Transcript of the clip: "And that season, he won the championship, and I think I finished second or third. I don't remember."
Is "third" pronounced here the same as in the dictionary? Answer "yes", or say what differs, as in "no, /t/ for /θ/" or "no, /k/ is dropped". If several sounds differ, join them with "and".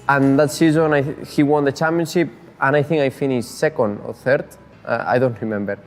yes